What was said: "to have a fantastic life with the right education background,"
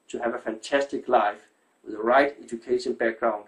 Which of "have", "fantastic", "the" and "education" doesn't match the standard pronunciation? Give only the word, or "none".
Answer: none